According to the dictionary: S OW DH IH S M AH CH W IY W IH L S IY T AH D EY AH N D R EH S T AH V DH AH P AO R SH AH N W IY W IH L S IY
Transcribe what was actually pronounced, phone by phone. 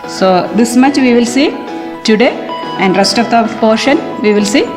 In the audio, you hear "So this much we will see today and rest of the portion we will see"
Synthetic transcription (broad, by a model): S OW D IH S M AH CH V IY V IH L S IY T AH D EY AH N D R EH S T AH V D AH P AO R SH AH N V IY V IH L S IY